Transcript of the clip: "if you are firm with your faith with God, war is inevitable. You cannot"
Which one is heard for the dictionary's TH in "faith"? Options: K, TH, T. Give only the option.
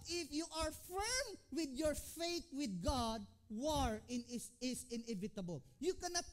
T